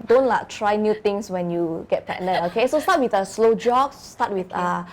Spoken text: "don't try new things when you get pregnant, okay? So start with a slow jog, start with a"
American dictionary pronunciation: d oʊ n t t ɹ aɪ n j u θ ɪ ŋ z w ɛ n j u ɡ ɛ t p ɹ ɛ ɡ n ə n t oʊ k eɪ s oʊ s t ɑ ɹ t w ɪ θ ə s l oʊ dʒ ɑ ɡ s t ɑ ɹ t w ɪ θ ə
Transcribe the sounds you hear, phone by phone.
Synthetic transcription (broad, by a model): d oʊ n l t ɹ aɪ n j u t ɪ ŋ s w ɛ n j u ɡ ɛ t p ɛ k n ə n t oʊ k eɪ s oʊ s t ɑ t w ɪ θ ə s l oʊ dʒ ɑ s s t ɑ t w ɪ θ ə